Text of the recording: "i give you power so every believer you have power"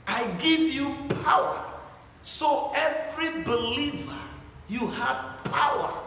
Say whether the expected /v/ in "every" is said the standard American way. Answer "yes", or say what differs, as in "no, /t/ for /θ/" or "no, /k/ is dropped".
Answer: yes